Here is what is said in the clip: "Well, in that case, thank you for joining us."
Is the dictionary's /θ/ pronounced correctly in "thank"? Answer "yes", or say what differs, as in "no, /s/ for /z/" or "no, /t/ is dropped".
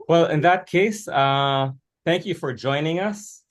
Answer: yes